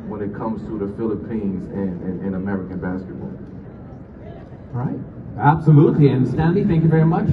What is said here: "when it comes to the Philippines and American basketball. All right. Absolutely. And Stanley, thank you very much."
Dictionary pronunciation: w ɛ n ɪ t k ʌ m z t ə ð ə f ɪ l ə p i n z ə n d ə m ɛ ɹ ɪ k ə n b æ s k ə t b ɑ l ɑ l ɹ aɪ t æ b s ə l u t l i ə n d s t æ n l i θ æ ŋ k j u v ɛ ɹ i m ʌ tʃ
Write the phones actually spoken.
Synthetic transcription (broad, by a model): w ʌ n ɪ t k ʌ m z t ə ð ə f ɪ l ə p i n z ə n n ə m ɛ ɹ ɪ k ə n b æ s k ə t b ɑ ɑ l ɹ aɪ t æ b s ə l u t l i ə n s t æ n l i θ æ ŋ k j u v ɛ ɹ i m ʌ tʃ